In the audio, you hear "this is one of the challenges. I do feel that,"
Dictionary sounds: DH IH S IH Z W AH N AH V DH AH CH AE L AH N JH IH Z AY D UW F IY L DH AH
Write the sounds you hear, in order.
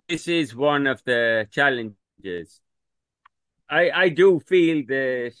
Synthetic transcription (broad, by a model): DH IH S IH Z W AH N AH V DH AH CH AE L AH N JH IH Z AY D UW F IY L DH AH